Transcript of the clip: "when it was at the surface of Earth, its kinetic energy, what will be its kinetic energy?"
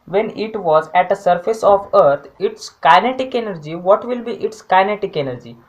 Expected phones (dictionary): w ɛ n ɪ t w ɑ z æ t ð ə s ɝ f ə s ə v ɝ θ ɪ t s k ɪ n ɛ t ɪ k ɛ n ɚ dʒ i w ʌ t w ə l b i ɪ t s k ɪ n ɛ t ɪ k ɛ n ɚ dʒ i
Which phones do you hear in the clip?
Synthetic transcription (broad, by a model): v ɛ n ɪ t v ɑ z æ t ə s ɝ f ə s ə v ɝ t ɪ t s k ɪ n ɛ t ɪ k ɛ n ɚ dʒ i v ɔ t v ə l b i ɪ t s k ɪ n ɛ t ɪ k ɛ n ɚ dʒ i